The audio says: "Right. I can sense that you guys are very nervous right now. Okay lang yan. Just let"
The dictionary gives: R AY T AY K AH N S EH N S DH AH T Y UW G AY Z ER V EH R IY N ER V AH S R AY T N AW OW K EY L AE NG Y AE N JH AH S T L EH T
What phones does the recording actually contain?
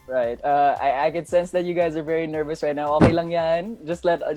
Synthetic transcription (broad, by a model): R AY T AY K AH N S EH N S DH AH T Y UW G AY Z ER V EH R IY N ER V AH S R AY T N AW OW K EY L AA NG Y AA N JH AH S T L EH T